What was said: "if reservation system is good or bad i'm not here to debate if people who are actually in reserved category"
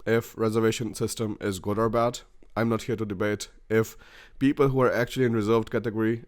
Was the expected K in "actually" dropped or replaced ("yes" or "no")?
no